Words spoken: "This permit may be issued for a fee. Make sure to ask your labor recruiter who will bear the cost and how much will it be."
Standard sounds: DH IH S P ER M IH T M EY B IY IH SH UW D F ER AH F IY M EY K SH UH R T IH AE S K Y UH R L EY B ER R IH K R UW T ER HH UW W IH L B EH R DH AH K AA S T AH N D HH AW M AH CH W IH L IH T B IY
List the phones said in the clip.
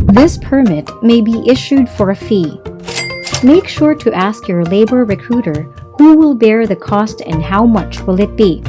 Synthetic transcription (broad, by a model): DH IH S P ER M IH T M EY B IY IH SH UW D F ER AH F IY M EY K SH UH R T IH AE S K Y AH R L EY B ER R IH K R UW T ER HH UW W IH L B EH R DH AH K AA S T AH N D HH AW M AH CH W IH L IH T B IY